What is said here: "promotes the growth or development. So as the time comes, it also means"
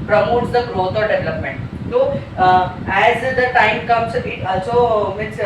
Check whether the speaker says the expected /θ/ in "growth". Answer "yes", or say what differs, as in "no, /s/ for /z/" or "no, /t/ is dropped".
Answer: no, /t/ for /θ/